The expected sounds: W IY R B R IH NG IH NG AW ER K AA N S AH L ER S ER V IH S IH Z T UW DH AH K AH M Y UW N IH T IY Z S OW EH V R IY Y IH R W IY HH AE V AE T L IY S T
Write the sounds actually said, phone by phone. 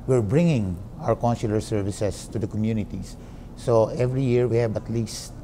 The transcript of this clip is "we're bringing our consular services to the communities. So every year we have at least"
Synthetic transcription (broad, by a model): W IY R B R IH NG IH NG AW ER K AA N S AH L ER S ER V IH S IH S T UW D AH K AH M Y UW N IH T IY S S OW EH V R IY Y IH R W IY HH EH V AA T L IY S T